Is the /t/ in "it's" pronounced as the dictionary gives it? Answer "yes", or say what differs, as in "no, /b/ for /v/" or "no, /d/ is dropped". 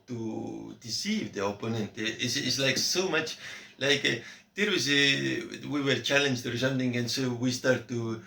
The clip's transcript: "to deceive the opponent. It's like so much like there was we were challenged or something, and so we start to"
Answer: no, /s/ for /t/